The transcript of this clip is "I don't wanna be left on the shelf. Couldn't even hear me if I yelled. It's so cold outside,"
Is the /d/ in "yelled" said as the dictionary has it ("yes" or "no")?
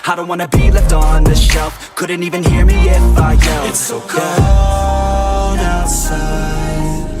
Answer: no